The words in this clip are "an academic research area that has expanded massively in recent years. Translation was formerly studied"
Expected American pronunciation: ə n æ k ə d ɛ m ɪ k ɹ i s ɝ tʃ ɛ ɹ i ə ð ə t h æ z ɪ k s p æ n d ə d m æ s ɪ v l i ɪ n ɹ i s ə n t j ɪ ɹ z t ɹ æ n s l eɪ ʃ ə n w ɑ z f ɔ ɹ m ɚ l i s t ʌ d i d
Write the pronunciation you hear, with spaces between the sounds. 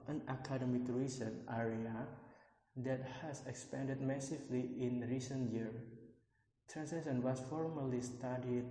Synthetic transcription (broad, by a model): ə n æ k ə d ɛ m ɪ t ɹ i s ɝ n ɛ ɹ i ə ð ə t h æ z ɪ k s p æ n d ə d m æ s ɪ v l i ɪ n ɹ i s ə n t j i ɹ t ɹ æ n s eɪ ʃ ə n w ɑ s f ɔ ɹ m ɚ l i s t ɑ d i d